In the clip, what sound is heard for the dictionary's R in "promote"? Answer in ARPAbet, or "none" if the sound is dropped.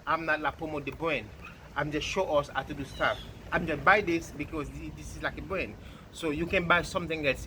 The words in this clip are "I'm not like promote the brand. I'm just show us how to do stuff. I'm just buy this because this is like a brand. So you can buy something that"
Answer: none